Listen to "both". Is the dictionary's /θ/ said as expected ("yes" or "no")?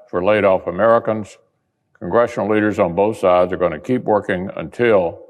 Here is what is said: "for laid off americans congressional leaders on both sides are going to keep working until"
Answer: yes